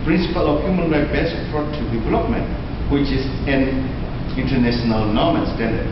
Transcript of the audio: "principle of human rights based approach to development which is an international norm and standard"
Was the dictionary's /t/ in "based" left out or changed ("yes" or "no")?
yes